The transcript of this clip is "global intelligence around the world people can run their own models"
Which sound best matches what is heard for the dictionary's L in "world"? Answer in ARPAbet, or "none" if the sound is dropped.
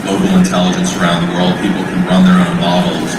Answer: L